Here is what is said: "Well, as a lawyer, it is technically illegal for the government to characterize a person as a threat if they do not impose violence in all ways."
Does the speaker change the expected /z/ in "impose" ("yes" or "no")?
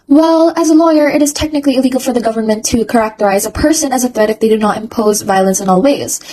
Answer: no